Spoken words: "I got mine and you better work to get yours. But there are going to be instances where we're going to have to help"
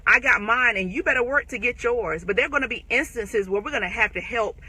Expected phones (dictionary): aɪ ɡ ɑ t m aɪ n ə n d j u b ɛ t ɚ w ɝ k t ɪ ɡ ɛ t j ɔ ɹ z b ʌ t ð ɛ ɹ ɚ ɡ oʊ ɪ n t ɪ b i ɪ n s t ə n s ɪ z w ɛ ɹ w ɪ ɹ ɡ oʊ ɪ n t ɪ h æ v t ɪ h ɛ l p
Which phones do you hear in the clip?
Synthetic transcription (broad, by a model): aɪ ɡ ɑ t m aɪ n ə n j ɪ b ɛ t ɚ w ɝ k t ɪ ɡ ɛ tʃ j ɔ ɹ z b ʌ t ð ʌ ɹ ɡ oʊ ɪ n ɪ b i ɪ n s t ə n s ɪ z w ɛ ɹ w ɪ ɹ ɡ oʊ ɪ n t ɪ h æ f t ɪ h ɛ l p